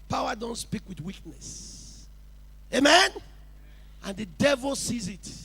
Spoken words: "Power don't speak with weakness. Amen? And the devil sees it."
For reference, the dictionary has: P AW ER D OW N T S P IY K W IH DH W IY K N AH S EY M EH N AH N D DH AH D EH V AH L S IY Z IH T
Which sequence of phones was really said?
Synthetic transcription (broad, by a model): P AW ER D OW N T S P IY K W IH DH W IY K N AH S EY M EH N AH N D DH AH D EH V AH L S IY Z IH T